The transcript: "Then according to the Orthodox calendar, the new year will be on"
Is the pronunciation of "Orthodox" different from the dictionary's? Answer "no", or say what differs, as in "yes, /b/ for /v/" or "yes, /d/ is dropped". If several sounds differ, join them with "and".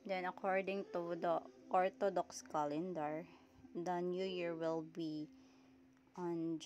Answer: yes, /t/ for /θ/